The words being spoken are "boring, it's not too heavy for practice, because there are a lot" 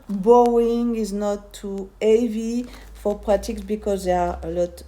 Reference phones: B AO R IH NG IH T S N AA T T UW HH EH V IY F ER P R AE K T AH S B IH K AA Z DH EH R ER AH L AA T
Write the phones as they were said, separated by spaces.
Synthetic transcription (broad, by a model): B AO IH NG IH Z N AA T T UW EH V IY F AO P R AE T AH S B IH K AA Z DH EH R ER AH L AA T